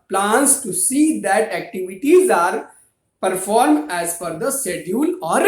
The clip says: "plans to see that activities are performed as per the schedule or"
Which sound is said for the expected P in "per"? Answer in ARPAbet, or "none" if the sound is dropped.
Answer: F